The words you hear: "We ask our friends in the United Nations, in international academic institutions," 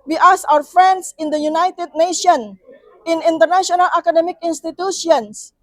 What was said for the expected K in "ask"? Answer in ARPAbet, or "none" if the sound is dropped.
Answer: none